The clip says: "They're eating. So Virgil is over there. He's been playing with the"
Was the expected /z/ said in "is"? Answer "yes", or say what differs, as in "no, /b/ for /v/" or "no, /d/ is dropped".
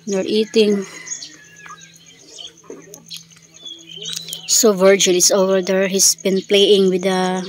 no, /s/ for /z/